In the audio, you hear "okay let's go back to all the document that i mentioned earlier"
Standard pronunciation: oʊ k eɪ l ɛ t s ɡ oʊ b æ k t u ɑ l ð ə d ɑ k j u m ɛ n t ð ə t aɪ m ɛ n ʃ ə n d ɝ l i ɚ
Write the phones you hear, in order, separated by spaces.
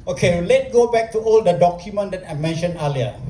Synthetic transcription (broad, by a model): oʊ k eɪ l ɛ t ɡ oʊ b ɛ k t u ɑ l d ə d ɑ k j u m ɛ n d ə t aɪ m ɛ n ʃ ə n ɝ l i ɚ